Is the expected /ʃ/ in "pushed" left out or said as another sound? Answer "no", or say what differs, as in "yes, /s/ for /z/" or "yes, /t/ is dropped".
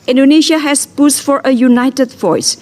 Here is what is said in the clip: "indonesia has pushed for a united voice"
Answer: yes, /s/ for /ʃ/